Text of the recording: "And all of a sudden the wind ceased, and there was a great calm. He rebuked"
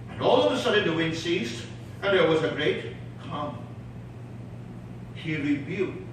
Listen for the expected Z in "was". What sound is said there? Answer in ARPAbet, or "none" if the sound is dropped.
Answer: Z